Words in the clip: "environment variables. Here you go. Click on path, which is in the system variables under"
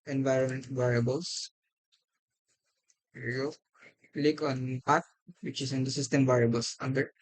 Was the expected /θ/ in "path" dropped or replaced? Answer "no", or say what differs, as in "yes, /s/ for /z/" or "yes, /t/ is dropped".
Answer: yes, /t/ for /θ/